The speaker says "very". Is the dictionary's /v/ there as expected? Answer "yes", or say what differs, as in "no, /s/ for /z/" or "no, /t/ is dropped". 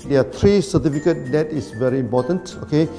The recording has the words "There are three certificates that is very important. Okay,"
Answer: yes